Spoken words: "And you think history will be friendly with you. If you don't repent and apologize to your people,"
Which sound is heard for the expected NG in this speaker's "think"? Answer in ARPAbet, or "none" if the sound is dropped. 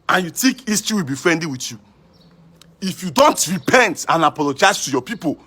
none